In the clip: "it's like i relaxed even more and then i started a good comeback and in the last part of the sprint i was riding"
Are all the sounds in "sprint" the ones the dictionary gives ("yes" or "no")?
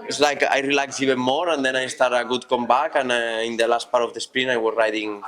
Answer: no